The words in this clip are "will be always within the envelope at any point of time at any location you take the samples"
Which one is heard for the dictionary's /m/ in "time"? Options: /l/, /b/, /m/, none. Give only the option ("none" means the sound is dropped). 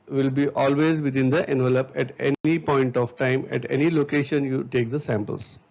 /m/